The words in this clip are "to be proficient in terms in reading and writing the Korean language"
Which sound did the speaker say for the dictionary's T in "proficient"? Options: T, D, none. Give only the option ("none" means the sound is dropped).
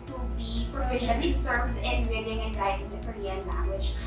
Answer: none